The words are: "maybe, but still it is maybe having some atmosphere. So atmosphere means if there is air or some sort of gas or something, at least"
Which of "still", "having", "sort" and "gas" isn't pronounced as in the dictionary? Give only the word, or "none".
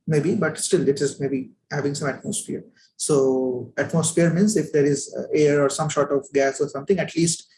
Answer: sort